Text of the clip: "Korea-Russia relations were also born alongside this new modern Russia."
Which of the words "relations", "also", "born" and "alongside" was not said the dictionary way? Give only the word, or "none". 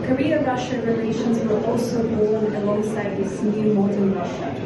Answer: born